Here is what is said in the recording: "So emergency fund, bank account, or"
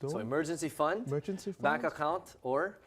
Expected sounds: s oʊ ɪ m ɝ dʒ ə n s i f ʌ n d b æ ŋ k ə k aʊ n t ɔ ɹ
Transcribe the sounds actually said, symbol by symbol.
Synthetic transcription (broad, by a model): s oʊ ɪ m ɝ dʒ ə n s i f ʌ n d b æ k ə k aʊ n t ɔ ɹ